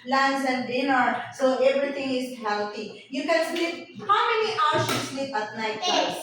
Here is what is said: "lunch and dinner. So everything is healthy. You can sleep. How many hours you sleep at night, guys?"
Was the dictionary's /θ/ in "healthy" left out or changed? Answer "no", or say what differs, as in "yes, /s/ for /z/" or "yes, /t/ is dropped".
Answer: yes, /t/ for /θ/